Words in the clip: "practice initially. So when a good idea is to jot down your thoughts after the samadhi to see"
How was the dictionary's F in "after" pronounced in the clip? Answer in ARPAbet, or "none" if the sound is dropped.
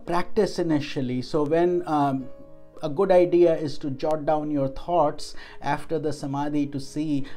F